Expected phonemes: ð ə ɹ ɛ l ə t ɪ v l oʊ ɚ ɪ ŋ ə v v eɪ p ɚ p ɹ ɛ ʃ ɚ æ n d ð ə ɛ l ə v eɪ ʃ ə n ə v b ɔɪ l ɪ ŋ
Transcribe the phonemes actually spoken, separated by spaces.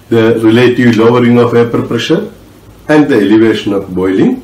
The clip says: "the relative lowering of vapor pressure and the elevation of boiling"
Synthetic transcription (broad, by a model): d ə ɹ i l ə t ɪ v l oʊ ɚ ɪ ŋ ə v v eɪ p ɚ p ɹ ɛ ʃ ɚ æ n d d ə ɛ l ə v eɪ ʃ ə n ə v b ɔɪ l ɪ ŋ